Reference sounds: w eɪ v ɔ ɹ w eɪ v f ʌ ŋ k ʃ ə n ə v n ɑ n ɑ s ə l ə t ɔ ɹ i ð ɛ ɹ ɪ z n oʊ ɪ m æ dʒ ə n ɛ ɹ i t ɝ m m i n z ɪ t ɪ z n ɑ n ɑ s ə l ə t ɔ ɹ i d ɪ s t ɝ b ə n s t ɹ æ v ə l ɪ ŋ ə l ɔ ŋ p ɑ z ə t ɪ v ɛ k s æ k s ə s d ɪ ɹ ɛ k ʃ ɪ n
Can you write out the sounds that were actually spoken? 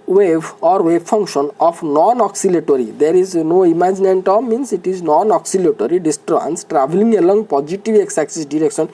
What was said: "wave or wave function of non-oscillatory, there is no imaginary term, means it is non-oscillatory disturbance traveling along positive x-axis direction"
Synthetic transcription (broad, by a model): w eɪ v ɔ ɹ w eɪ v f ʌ ŋ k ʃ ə n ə p n ɑ n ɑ s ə l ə t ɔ ɹ i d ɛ ɹ ɪ z n oʊ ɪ m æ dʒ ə n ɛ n t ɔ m m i n s ɪ t ɪ z n ɑ n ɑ s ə l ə t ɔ ɹ i d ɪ s t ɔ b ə n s t ɹ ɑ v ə l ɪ ŋ ə l ɔ ŋ p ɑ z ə t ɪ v ɛ k s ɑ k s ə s d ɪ ɹ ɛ k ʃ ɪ n